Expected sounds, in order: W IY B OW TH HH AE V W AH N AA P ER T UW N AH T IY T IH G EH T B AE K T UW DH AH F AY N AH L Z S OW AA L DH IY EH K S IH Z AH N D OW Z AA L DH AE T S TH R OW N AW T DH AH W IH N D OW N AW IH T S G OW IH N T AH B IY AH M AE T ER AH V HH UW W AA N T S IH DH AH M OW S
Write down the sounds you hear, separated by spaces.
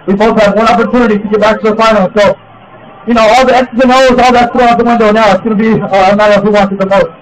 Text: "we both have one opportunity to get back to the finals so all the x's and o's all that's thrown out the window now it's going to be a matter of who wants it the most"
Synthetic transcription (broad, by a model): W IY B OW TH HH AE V W AH N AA P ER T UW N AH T IY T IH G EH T B AE K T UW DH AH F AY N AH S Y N OW AA L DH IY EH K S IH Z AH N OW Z AA L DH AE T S T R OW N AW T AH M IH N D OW N AW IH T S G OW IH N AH B IY AH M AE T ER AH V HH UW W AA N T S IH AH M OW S